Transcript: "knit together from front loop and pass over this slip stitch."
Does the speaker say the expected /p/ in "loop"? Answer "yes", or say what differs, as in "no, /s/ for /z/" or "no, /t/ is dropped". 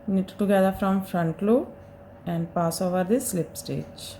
no, /p/ is dropped